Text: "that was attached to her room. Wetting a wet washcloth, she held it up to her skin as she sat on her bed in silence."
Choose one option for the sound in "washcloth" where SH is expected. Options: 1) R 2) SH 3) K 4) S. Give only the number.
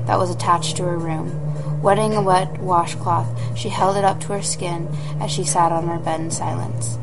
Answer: 2